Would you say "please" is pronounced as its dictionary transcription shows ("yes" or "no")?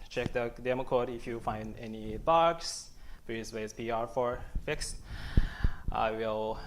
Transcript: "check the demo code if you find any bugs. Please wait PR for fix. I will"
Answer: no